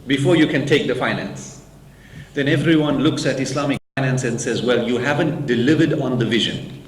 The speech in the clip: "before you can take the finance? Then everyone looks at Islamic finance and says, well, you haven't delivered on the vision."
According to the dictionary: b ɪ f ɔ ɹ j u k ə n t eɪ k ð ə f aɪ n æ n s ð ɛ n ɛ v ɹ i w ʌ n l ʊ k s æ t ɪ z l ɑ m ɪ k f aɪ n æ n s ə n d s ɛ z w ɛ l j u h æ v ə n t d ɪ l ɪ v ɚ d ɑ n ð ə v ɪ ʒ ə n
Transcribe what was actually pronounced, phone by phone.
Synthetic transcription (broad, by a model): b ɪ f ɔ ɹ j u k ə n t eɪ k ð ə f aɪ n æ n s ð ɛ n ɛ v ɹ i w ʌ n l ʊ k s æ t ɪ s l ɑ m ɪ k f aɪ n æ n s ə n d s ɛ z w ɛ l j u h æ v ə n t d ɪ l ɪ v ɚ d ɑ n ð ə v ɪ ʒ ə n